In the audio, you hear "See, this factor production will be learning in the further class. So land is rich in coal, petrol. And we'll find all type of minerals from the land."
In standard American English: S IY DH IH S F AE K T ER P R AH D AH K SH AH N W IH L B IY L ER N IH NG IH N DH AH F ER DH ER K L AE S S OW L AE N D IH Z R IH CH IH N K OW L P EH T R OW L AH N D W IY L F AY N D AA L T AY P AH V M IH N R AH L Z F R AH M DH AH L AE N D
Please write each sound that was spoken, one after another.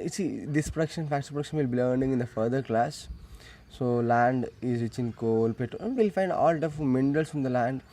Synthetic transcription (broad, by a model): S IY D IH S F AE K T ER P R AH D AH K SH AH N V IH L B IY L ER N IH NG IH N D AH F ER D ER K L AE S S OW L AE N D IH Z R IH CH IH N K OW L P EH T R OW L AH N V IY L F AY N D AA L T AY F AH M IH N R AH L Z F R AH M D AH L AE N D